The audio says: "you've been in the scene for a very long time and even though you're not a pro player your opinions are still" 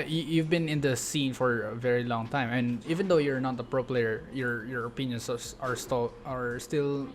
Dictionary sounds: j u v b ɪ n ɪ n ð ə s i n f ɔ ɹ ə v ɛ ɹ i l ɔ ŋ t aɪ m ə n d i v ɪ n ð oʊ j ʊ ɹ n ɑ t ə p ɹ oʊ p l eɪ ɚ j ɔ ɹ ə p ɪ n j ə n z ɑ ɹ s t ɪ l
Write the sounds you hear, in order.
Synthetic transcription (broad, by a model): j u v b ɪ n ɪ n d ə s i n f ɔ ɹ ə v ɛ ɹ i l ɔ ŋ t aɪ m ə n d i v ɪ n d oʊ j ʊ ɹ n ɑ t ə p ɹ oʊ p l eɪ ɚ j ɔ ɹ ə p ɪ n j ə n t ɑ ɹ s t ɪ l